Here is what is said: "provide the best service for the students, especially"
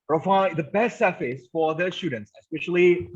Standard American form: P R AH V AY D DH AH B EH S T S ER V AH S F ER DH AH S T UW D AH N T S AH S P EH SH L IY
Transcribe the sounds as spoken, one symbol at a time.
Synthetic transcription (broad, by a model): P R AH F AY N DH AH B EH S T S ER F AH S F ER DH AH S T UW D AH N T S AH S P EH SH L IY